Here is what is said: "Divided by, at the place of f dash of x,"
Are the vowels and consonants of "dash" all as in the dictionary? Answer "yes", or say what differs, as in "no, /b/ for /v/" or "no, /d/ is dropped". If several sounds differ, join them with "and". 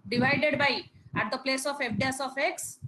no, /s/ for /ʃ/